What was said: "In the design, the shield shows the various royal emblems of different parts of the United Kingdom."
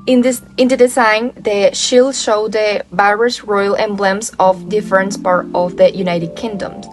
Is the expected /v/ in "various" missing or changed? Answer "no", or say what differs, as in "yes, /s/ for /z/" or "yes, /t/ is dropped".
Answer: yes, /b/ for /v/